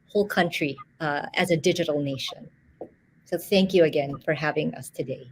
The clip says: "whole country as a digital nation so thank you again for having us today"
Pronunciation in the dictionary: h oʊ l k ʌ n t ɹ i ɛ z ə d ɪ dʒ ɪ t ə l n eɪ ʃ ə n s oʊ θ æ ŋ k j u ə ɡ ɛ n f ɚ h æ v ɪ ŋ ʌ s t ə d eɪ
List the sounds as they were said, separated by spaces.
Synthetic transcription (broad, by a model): h oʊ l k ʌ n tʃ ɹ i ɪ z ə d ɪ dʒ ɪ t l n eɪ ʃ ə n s oʊ θ æ ŋ k j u ə ɡ ɛ n f ɚ h æ v ɪ ŋ ʌ s t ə d eɪ